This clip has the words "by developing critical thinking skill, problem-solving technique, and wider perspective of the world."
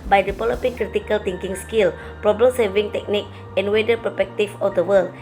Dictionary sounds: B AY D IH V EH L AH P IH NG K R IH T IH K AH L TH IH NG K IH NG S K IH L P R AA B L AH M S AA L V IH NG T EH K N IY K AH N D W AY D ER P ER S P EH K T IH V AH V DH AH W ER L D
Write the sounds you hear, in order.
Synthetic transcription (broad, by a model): B AY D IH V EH L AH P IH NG K R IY T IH K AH L T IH NG K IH NG S K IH L P R AA B L AH M S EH V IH NG T EH K N IY K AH N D W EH D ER P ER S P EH K T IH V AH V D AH W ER L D